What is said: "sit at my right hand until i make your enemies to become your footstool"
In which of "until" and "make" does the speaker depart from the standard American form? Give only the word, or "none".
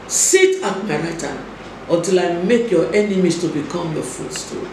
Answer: until